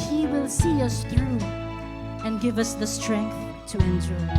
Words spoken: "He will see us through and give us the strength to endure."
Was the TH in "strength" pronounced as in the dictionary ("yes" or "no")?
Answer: yes